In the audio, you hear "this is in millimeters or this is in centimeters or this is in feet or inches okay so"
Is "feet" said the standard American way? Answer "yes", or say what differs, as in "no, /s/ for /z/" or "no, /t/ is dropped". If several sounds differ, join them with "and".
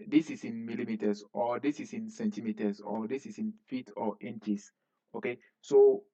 yes